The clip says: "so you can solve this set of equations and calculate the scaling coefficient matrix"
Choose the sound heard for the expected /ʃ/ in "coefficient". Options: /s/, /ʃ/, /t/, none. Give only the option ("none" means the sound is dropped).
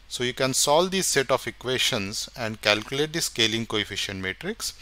/ʃ/